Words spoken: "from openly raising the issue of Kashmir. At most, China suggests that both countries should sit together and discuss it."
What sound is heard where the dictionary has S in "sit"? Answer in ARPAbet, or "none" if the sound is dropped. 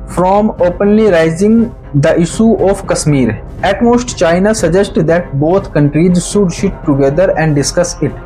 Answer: SH